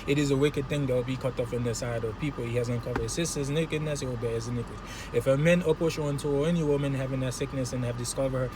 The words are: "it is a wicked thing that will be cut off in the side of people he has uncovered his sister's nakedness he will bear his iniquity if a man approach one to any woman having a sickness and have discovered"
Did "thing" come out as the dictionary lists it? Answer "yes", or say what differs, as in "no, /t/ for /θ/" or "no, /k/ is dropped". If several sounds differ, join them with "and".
yes